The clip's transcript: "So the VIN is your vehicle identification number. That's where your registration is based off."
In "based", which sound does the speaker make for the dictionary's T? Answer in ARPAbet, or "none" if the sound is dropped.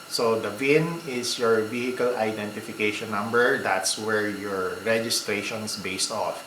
T